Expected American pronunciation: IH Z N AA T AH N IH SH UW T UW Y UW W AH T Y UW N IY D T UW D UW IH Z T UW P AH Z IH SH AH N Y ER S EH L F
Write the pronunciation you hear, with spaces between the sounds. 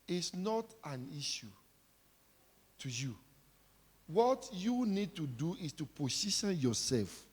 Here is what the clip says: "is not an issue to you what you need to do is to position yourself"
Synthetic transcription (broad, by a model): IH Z N AA T AH N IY SH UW T UW Y UW W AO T Y UW N IY D T UW D UW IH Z T UW P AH S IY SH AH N Y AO S EH L F